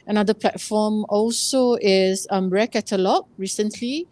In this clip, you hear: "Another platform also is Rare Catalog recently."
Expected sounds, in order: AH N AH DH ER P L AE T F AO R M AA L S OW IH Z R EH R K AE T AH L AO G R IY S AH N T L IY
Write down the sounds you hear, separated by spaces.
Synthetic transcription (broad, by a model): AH N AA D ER P L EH T F AO M AA L S OW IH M R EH K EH T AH L AO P R IY S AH N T L IY